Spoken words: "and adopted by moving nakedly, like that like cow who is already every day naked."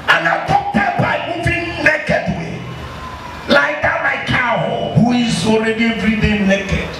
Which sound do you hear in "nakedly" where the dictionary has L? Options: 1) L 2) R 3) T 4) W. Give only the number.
4